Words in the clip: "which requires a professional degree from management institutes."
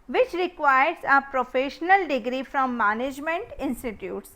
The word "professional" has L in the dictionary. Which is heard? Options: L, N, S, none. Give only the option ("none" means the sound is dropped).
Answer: L